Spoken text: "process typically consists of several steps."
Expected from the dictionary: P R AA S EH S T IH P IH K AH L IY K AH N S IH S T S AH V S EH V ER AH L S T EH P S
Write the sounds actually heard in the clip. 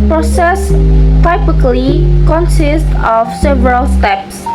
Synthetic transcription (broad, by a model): P R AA S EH S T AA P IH K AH L IY K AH N S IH S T AH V S EH V ER AH L S T EH P S